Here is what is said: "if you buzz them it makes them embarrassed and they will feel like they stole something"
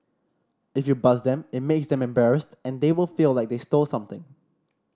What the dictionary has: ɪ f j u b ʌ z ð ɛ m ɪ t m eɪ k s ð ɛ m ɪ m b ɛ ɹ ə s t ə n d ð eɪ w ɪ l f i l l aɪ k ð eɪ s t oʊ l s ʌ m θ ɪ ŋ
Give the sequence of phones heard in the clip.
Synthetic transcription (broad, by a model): ɪ f j u b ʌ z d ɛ m ɪ t m eɪ k s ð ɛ m ɪ m b ɛ ɹ ə s t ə n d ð eɪ w ɪ l f i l l aɪ k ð eɪ s t oʊ l s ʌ m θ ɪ ŋ